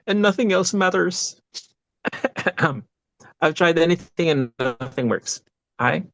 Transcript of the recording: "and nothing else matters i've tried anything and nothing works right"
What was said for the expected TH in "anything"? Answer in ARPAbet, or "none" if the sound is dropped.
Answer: TH